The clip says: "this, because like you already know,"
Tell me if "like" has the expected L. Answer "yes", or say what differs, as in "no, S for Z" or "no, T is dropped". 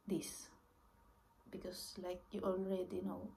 yes